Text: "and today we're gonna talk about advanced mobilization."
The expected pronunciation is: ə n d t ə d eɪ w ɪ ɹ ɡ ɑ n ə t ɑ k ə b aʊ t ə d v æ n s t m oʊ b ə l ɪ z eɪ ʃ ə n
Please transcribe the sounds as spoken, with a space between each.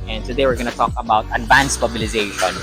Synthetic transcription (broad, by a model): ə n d s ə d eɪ w ɪ ɹ ɡ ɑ n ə t ɑ k ə b aʊ t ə d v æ n s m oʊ b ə l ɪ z eɪ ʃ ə n